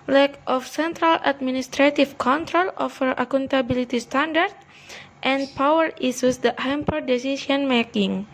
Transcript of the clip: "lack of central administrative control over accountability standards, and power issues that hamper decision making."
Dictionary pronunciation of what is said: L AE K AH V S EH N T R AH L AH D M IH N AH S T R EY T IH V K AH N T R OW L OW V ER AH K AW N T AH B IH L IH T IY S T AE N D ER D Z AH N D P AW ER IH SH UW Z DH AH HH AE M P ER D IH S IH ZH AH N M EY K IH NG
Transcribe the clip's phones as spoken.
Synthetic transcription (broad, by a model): L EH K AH F S EH N T R AH L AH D M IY N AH S T R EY T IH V K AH N T R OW L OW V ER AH K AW N T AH B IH L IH T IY S T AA N D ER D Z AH N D P AW ER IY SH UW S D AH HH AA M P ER D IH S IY S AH N M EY K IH NG